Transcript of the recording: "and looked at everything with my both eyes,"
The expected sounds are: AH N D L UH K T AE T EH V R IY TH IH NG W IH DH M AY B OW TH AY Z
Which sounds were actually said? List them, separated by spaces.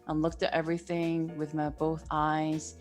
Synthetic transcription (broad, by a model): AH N L UH K T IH T EH V R IY TH IH NG W IH DH M AY B OW TH AY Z